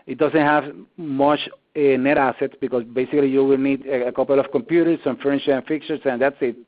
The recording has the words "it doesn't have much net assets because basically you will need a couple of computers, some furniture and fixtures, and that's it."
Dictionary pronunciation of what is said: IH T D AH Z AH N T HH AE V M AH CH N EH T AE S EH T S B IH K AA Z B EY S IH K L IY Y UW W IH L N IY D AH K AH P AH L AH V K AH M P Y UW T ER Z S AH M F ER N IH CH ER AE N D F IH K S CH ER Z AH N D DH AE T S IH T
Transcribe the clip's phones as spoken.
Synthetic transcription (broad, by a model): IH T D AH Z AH N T HH AE V M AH CH N EH T AE S EH T S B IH K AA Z B EY S IH K L IY Y UW W IH L N IY D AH K AH P AH L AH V K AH M P Y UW T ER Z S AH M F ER IH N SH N F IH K CH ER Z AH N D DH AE T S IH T